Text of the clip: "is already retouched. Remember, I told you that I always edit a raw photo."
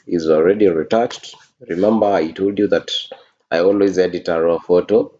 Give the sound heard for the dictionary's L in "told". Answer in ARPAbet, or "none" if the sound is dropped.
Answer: L